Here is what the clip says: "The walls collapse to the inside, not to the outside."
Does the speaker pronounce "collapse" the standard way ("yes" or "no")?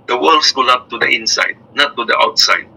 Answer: no